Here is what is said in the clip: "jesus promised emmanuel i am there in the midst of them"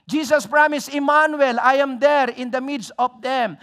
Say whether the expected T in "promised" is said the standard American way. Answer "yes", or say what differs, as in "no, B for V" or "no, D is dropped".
no, T is dropped